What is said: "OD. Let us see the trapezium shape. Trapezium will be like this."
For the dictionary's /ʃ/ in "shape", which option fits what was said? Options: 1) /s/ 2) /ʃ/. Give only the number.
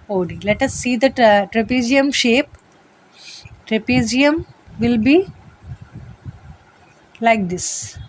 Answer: 2